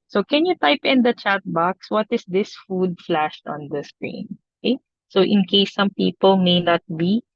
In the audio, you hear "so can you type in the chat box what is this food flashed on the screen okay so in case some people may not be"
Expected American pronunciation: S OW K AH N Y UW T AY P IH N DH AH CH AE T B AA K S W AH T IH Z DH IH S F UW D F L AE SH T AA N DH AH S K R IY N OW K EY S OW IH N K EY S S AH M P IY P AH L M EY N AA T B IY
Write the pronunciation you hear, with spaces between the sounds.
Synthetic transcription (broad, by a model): S OW K AH N Y UW T AY P IH N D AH CH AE T B AA K S W AH T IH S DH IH S F UW D F L AE SH T AA N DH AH S K R IY N OW K EY S OW IH N K EY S S AH M P IY P AH L M EY N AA T B IY